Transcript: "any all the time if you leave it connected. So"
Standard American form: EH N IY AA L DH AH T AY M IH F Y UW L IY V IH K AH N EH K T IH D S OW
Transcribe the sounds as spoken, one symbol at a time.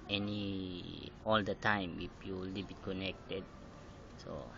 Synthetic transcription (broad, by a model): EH N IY AA L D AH T AY M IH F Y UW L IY B IH K AH N EH K T IH D S OW